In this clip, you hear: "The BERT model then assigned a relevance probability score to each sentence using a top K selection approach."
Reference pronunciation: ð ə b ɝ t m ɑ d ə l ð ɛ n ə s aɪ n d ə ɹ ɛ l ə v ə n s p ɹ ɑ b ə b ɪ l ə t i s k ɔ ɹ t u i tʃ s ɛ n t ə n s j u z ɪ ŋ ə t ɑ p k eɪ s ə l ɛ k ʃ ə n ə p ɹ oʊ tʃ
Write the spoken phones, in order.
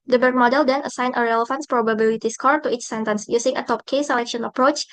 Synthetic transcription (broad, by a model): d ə b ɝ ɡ m ɑ d ə l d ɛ n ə s aɪ n ə ɹ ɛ l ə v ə n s p ɹ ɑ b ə b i l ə t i s k ɔ ɹ t u i tʃ s ɛ n t ə n s j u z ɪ ŋ ə t ɑ p k eɪ s ə l ɛ k ʃ ə n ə p ɹ oʊ tʃ